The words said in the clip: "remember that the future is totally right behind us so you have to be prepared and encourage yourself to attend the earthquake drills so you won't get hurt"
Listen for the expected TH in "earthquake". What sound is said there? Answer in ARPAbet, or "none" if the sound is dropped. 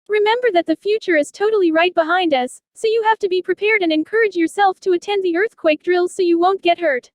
TH